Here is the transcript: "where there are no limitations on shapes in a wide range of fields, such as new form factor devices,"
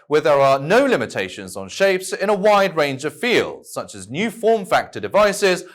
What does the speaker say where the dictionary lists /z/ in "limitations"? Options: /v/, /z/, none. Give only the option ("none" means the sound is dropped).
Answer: /z/